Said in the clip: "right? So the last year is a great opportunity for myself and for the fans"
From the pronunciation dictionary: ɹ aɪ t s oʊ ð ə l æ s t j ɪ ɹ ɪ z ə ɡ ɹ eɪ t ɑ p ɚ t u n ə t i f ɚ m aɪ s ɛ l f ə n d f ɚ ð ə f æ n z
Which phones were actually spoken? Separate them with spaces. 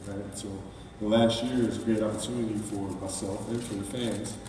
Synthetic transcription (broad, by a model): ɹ aɪ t s oʊ ð ə l æ s t j ɪ ɹ ɪ z ɡ ɹ eɪ t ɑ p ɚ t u ə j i f ɚ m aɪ s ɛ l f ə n f ɚ ð ə f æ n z